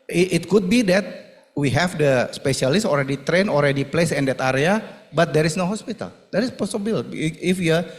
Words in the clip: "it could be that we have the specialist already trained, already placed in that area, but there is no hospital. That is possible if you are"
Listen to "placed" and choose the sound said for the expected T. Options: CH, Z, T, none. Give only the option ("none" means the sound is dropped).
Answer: none